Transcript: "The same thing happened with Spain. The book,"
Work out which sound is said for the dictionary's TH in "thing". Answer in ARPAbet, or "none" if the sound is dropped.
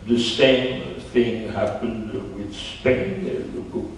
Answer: TH